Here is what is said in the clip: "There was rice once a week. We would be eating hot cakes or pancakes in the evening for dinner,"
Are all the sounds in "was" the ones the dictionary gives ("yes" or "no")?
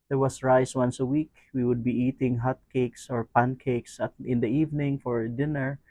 no